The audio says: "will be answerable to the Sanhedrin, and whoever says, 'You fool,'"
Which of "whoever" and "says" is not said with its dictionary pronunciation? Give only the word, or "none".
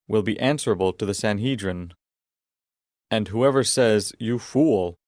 none